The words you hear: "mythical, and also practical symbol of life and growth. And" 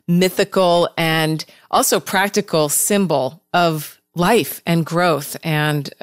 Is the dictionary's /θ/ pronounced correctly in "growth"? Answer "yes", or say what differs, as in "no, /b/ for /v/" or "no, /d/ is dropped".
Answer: yes